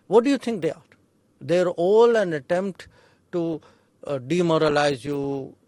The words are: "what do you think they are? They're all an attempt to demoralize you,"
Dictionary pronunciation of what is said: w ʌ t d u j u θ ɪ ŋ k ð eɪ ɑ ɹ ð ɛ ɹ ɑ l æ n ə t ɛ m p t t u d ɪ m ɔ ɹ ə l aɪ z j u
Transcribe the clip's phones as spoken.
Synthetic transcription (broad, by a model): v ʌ t d u j u t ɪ ŋ k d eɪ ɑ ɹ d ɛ ɹ ɑ l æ n ə t ɛ m p t t u d ɪ m ɔ ɹ ə l aɪ z j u